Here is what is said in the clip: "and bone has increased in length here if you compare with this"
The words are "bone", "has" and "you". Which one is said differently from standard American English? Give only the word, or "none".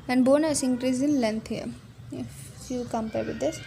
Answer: has